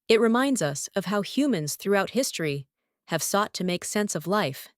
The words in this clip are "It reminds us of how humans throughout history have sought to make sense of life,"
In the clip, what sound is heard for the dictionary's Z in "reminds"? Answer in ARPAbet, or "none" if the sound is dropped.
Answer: Z